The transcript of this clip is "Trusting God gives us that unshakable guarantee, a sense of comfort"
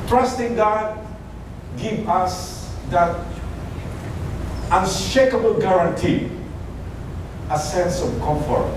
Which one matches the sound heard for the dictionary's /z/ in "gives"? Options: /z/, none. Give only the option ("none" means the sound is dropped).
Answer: none